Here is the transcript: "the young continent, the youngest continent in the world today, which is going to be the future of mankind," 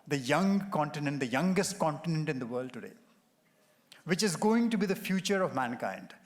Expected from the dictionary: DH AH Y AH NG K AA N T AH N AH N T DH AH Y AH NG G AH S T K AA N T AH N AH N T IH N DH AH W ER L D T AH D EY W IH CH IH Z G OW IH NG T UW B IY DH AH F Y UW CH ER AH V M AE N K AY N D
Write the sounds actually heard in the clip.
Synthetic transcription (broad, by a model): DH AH Y AH NG K AA N T AH N AH N T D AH Y AH NG G AH S T K AA N T AH N AH N T IH N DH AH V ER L D T AH D EY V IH CH IH Z G OW IH NG T UW B IY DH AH F Y UW CH ER AH V M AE N K AY N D